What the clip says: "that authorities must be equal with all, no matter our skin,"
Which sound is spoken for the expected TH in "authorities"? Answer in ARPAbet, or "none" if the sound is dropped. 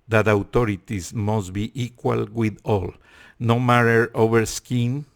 T